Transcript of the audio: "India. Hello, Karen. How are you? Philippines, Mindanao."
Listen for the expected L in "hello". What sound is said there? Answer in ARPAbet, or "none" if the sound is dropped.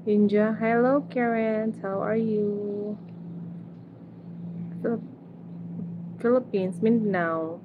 L